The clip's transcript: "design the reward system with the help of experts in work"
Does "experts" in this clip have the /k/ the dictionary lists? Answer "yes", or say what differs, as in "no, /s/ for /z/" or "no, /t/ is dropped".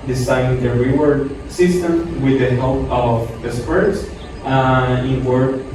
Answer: no, /k/ is dropped